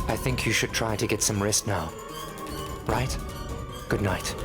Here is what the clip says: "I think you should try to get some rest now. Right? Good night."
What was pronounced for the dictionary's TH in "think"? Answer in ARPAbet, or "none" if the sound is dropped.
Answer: TH